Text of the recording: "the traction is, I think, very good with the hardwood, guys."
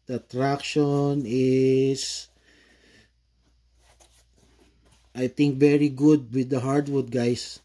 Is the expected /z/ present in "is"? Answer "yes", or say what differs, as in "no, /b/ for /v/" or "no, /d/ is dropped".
no, /s/ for /z/